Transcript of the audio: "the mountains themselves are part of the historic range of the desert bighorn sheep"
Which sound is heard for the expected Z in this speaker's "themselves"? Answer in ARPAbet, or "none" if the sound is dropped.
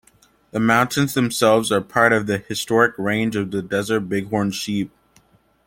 Z